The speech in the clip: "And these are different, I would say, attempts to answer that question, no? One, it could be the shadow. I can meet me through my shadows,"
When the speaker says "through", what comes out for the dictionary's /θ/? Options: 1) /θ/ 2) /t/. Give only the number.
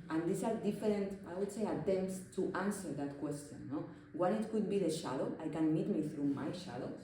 1